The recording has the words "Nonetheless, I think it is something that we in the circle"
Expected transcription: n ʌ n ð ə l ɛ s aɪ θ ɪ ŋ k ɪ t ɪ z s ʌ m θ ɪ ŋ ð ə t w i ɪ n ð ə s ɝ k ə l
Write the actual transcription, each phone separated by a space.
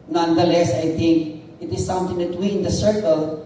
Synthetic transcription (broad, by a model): n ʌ n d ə l ɛ s aɪ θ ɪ ŋ k ɪ t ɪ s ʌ m t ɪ ŋ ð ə t w i ɪ n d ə s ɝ k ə l